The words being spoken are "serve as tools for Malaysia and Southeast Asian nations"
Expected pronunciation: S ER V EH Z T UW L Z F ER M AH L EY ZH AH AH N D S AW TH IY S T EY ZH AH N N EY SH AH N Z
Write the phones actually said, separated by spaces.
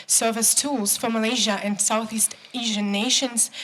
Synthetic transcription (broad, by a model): S ER V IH S T UW L Z F ER M AH L EY ZH AH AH N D S AW TH IY S T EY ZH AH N N EY SH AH N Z